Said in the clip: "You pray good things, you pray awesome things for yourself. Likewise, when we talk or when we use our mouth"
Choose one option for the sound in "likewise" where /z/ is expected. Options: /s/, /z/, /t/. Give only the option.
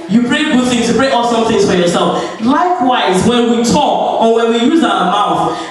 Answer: /z/